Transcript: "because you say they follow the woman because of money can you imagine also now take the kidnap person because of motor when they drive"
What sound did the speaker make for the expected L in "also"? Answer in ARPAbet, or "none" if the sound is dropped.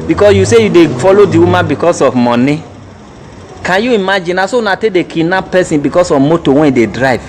none